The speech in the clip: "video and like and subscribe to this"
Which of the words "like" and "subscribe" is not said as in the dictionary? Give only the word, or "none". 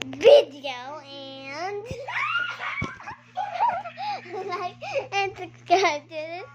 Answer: subscribe